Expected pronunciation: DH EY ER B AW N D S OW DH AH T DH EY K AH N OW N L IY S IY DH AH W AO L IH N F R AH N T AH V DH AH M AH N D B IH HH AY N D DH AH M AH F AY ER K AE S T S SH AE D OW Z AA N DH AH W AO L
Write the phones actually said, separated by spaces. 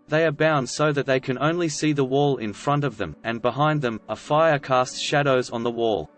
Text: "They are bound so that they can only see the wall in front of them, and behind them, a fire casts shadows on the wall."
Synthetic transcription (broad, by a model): DH EY ER B AW N D S OW DH AH T DH EY K AH N OW N L IY S IY DH AH W AO L IH N F R AH N T AH V DH AH M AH N B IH HH AY N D DH AH M AH F AY ER K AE S T SH AE D OW Z N DH AH W AO L